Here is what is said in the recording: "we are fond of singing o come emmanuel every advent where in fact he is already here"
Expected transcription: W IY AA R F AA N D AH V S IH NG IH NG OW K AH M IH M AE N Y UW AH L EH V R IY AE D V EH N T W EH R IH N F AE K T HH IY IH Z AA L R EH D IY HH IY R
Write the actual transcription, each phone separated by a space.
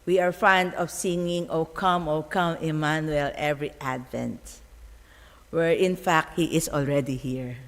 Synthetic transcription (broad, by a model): W IY AA R F AA N D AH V S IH NG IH NG OW K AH M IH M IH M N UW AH L EH V R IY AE D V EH N T W EH R IH N F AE K T HH IY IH S AA L R EH D IY HH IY R